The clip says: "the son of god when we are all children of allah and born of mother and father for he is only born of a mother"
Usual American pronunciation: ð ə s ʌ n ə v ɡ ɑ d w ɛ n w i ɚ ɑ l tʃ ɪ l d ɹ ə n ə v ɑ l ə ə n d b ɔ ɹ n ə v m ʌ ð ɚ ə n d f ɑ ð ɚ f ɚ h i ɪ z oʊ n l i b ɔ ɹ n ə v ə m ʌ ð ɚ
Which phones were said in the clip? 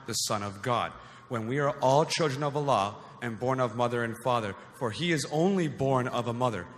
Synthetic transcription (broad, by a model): ð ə s ʌ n ə v ɡ ɑ d w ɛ n w i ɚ ɑ l tʃ ɪ l d ɹ ə n ə v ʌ l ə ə n b ɔ ɹ n ə v m ʌ ð ɚ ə n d f ɑ ð ɚ f ɚ i ɪ z oʊ n l i b ɔ ɹ n ə v ə m ʌ ð ɚ